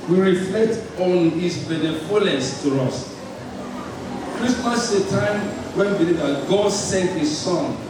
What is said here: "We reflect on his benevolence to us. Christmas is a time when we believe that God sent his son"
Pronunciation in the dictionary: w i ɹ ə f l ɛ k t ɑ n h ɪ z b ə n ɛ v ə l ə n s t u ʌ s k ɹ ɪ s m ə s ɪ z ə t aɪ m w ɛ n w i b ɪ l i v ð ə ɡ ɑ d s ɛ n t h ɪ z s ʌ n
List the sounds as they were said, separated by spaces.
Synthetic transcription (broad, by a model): w i ɹ ə f l ɛ k t ɑ n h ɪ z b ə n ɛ f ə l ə s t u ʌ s k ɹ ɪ s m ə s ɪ t aɪ m w ɛ n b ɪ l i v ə ɡ ɑ d s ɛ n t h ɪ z s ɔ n